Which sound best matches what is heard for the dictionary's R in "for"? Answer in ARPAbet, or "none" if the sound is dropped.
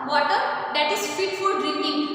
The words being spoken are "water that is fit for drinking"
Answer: L